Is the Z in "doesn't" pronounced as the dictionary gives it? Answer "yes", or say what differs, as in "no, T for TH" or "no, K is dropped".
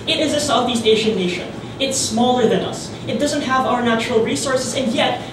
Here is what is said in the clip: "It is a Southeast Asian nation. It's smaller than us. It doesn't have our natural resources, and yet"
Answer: yes